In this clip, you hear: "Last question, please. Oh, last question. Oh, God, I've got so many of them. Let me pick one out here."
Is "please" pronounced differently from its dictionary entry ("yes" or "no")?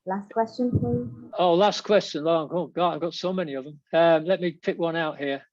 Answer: yes